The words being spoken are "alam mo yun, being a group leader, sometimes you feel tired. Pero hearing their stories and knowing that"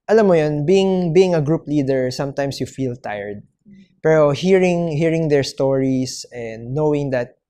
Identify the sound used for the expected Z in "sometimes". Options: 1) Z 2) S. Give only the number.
2